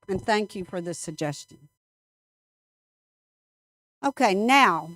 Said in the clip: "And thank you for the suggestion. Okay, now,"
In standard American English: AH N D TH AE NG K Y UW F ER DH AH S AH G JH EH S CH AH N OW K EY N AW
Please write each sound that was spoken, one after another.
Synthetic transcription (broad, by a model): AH N TH AE NG K Y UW F ER DH AH S AH G JH EH S CH AH N OW K EY N AW